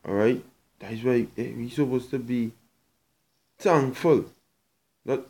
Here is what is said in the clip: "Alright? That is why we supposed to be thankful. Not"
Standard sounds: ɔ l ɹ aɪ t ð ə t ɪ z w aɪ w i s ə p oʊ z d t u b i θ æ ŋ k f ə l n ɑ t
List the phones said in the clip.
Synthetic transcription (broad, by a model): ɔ ɹ aɪ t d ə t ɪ s w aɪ w i s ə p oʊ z t u b i t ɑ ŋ f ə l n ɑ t